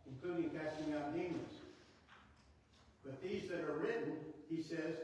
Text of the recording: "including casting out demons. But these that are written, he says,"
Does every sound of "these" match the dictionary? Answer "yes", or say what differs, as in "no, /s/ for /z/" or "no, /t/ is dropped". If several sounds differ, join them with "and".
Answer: yes